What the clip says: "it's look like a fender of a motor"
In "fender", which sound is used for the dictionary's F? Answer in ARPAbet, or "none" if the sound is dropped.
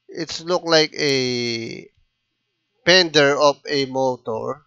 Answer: P